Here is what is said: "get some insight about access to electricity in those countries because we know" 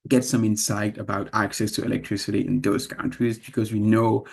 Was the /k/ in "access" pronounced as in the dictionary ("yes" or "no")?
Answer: yes